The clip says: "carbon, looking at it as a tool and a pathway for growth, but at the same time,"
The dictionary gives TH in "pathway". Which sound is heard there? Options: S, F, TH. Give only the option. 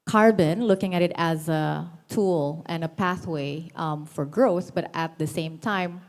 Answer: TH